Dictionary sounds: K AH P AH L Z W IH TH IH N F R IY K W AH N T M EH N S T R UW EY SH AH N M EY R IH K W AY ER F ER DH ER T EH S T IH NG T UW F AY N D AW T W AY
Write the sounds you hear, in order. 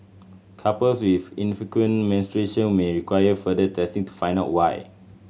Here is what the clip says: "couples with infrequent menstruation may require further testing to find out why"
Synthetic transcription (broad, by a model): K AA P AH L S W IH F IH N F IY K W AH N M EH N S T R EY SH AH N M EY R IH K W AY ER F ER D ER T EH S T IH NG T UW F AY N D AW T W AY